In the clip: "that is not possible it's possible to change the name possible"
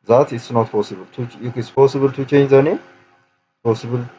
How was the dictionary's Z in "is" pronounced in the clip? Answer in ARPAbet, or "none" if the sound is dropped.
S